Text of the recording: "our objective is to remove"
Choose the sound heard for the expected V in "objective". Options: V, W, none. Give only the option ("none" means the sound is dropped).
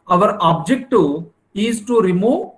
none